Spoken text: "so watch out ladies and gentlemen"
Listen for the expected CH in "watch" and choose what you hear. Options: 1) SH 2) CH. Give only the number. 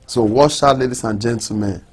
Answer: 1